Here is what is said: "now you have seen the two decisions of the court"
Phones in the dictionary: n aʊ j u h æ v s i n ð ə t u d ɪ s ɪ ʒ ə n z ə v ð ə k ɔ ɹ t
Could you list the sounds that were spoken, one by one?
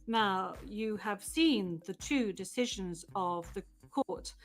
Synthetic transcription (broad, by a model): n aʊ j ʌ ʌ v s i n ð ə t u d ɪ s ɪ ʒ ə n z ə v ð ə k ɔ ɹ t